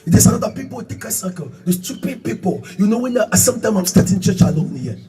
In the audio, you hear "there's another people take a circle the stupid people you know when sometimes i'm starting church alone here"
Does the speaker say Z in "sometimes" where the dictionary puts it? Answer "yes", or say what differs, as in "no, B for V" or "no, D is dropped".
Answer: no, Z is dropped